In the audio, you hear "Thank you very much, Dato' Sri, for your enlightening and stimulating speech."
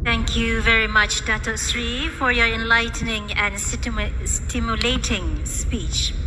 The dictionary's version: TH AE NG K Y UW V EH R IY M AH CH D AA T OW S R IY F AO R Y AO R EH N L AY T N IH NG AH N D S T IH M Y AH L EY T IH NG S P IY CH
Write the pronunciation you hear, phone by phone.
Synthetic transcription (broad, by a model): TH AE NG K Y UW V EH R IY M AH CH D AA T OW S R IY F AO R Y AO R EH N L AY T N IH NG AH N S S T IH M Y AH L EY T IH NG S P IY CH